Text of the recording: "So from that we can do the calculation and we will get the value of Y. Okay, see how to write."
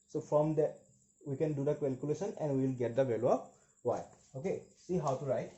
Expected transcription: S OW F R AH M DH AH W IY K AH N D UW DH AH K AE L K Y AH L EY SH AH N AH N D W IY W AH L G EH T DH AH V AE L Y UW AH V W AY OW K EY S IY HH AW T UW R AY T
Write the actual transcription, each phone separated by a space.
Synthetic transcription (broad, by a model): S OW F R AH M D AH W IY K AH N D UW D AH K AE L K Y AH L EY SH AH N AH N D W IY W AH L G EH T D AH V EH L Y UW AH P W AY OW K EY S IY HH AW T UW R AY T